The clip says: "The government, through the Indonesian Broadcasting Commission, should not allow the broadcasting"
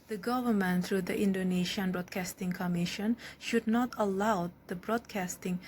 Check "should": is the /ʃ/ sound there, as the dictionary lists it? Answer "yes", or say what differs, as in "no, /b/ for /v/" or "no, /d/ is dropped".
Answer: yes